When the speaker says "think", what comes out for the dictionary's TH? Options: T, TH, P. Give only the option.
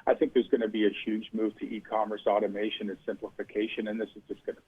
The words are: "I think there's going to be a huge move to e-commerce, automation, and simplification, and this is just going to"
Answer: TH